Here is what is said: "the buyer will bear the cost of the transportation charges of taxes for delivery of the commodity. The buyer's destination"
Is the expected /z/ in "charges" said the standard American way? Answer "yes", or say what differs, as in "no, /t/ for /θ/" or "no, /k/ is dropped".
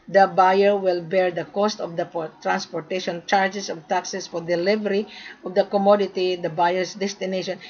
no, /s/ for /z/